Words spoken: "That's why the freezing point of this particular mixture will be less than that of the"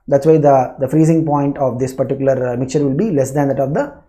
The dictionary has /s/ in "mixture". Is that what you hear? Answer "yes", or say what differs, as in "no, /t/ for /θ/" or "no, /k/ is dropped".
yes